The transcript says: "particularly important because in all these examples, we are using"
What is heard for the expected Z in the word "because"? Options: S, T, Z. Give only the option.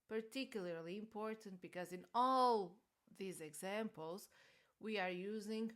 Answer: Z